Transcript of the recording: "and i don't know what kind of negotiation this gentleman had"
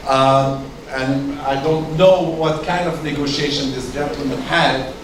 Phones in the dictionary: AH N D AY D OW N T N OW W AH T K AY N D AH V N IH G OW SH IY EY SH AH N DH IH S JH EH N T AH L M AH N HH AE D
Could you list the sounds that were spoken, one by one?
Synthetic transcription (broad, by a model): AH N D AY D OW N T N OW W AH T K AY N D AH V N IH G OW SH IY EY SH AH N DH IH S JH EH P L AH M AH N HH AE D